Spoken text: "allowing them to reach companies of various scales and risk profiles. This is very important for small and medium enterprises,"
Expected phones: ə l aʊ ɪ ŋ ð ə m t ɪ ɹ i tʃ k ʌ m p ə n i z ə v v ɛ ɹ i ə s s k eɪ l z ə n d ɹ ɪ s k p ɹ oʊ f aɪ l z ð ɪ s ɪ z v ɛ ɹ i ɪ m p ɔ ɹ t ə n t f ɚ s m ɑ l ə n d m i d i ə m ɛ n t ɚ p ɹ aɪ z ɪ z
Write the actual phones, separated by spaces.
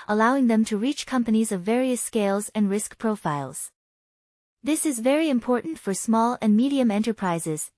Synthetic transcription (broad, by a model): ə l aʊ ɪ ŋ ð ə m t ɪ ɹ i tʃ k ʌ m p ə n i z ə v v ɛ ɹ i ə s s k eɪ l z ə n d ɹ ɪ s k p ɹ oʊ f aɪ l z ð ɪ s ɪ z v ɛ ɹ i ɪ m p ɔ ɹ t n t f ɚ s m ɑ l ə n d m i d i ə m ɛ n t ɚ p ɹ aɪ z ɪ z